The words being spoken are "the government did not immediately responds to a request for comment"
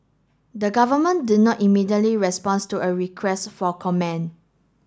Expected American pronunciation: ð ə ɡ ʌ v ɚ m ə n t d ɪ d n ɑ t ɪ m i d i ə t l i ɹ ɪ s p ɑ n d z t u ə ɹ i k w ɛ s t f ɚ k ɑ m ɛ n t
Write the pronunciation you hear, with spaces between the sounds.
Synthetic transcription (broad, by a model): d ə ɡ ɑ v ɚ m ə n d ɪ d n ɑ t ɪ m i d i ə t l i ɹ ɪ s p ɑ n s t u ə ɹ i k w ɛ s t f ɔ k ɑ m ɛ n